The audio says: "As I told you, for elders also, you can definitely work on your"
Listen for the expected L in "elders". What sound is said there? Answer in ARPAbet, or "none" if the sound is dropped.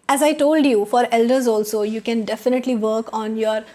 L